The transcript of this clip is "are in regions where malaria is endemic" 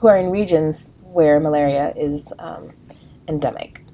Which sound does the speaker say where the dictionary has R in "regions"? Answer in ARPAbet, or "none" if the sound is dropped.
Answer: R